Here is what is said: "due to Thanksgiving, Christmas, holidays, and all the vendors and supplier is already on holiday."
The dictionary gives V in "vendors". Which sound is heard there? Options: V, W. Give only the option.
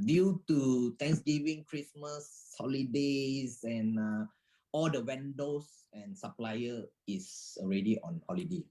W